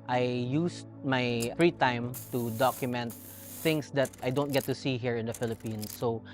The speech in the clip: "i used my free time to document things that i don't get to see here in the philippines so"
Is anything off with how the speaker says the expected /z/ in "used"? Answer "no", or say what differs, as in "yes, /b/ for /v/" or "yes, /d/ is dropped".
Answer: yes, /s/ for /z/